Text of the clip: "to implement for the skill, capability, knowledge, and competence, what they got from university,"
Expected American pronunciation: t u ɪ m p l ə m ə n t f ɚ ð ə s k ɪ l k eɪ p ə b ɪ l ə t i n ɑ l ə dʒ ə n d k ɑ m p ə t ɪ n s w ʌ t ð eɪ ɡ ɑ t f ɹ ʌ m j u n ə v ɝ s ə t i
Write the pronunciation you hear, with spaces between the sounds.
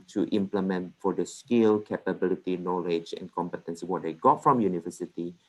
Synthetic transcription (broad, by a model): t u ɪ m p l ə m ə n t f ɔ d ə s k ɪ l k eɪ p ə b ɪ l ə t i n ɑ l ə dʒ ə n k ɑ m p ə t ɪ n s w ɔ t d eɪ ɡ ɑ t f ɹ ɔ m j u n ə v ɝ s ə t i